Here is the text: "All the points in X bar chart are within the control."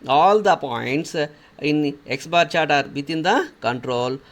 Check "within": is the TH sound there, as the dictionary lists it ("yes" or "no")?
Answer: no